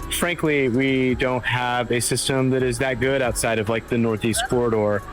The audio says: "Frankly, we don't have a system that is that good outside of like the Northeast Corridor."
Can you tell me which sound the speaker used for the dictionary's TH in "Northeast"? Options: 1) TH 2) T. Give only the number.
1